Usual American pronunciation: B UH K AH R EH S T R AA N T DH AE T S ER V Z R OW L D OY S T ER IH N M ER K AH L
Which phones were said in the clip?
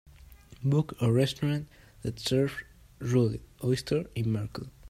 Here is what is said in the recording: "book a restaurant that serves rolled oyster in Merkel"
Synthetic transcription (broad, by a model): B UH K AH R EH S T R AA N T DH AE T S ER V R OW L OY S T ER IH N M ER K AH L